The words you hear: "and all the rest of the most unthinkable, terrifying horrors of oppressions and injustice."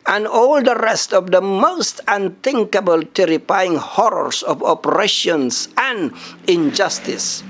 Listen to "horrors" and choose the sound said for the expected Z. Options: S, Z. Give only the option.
S